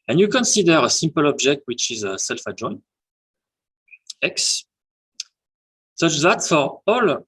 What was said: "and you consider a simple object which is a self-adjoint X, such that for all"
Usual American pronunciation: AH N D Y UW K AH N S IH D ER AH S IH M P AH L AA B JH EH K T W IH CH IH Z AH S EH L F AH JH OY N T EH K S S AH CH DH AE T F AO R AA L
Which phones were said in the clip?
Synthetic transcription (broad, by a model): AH N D Y UW K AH N S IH D ER AH S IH M P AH L AA B JH EH K T W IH CH IH Z AH S EH L F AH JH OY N EH K S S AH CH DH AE T F AO R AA L